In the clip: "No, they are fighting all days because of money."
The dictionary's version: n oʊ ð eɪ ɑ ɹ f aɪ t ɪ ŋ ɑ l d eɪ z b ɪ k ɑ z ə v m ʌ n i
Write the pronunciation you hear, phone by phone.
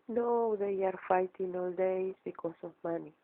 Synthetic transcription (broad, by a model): n oʊ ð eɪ ɑ ɹ f aɪ t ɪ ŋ ɑ l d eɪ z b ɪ k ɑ s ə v m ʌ n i